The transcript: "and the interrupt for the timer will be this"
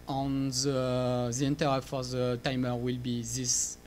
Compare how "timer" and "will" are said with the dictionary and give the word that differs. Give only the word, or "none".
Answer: none